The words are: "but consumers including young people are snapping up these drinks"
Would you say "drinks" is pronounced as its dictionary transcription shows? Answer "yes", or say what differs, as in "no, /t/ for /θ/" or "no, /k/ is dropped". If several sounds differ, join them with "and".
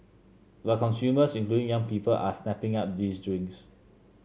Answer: no, /k/ is dropped